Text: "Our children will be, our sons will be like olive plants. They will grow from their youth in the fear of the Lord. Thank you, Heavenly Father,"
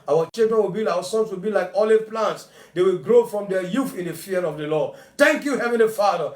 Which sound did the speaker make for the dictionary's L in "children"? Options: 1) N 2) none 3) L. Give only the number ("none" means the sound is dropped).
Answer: 2